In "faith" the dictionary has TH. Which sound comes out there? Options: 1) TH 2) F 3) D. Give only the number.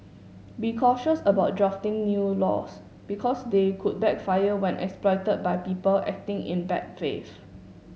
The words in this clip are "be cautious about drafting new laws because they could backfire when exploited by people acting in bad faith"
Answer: 2